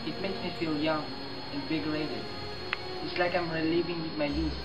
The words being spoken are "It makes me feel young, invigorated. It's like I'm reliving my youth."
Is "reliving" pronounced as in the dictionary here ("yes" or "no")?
no